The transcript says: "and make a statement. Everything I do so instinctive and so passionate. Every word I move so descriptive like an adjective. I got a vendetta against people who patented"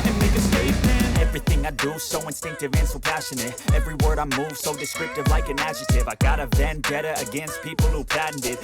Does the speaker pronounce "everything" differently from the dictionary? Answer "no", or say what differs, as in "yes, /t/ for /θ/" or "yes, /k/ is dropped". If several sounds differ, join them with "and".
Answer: no